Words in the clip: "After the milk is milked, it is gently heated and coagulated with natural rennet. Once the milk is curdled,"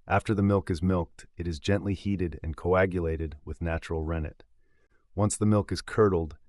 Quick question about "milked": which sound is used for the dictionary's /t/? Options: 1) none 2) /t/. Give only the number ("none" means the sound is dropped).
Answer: 2